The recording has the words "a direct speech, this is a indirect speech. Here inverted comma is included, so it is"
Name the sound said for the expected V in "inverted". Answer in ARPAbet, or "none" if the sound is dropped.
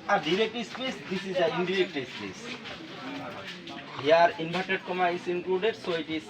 B